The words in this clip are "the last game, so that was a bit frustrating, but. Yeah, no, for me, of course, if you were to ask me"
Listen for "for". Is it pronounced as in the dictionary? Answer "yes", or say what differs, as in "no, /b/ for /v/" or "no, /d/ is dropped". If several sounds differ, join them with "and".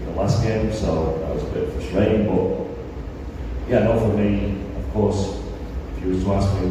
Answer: yes